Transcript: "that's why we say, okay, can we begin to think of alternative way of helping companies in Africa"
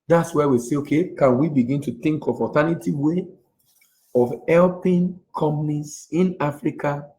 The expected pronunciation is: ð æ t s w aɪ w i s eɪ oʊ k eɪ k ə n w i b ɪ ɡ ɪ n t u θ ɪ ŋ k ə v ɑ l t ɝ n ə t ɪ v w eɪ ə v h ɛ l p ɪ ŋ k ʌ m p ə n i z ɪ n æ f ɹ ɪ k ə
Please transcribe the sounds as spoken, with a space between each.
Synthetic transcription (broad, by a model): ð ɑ t s w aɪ w i s eɪ oʊ k eɪ k ə n w i b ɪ ɡ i n t u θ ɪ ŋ k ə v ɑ t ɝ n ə t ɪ w eɪ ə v h ɛ l p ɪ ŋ k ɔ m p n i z ɪ n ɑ f ɹ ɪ k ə